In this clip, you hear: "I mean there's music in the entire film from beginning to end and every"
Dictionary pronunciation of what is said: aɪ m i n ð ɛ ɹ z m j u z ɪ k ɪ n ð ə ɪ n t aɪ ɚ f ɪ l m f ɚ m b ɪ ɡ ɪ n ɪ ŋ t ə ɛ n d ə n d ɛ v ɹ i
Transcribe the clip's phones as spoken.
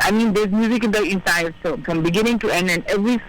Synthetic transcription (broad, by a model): aɪ m i n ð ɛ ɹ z m j u z ɪ k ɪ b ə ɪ n s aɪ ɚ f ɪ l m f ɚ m b ɪ ɡ ɪ n ɪ ŋ t ə ɛ n d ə n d ɛ v ɹ i